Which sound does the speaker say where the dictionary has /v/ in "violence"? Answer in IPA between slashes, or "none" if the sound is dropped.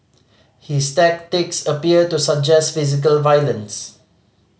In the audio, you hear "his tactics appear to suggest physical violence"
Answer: /v/